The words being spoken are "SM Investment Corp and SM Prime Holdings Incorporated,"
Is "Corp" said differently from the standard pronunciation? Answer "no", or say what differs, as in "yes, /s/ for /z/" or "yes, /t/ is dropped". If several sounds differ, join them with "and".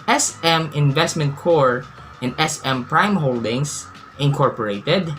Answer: yes, /p/ is dropped